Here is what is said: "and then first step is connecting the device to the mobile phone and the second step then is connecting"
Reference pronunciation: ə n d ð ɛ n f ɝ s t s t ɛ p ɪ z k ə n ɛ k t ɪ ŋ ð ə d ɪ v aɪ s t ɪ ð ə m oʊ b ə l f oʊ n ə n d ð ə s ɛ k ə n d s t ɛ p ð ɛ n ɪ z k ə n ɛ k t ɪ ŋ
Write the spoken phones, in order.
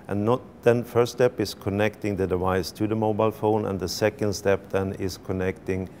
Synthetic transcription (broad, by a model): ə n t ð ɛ n f ɝ s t s t ɛ p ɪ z k ə n ɛ k t ɪ ŋ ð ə d ɪ v aɪ s t ɪ ð ə m oʊ b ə l f oʊ n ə n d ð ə s ɛ k ə n d s t ɛ p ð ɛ n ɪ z k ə n ɛ k t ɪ ŋ